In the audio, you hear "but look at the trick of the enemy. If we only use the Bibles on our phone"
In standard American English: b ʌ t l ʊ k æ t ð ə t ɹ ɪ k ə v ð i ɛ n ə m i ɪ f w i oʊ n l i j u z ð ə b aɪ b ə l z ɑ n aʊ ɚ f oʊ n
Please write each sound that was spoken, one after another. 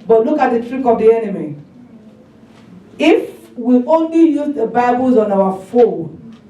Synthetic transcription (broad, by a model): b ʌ t l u k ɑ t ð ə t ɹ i k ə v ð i ɛ n ə m i ɪ f w i oʊ n l i j u z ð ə b aɪ b ə l z ɑ n aʊ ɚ f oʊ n